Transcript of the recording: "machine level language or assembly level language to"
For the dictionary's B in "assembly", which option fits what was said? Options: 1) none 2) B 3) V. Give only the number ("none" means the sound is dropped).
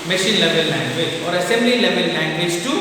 2